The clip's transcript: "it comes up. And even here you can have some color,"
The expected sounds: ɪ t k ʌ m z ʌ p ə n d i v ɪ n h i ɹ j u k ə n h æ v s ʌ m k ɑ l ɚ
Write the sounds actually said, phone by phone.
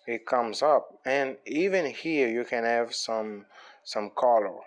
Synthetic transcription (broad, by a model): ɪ t k ʌ m z ʌ p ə n i v ɪ n h i ɹ j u k ə n h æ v s ʌ m k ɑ l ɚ